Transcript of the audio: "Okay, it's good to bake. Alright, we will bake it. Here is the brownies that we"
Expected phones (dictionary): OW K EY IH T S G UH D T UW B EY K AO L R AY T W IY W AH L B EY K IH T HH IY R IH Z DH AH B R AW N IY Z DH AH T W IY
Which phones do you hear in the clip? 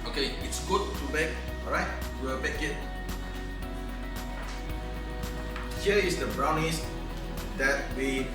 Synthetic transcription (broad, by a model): OW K EY IH T S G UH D T UW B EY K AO R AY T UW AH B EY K IH T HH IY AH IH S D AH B R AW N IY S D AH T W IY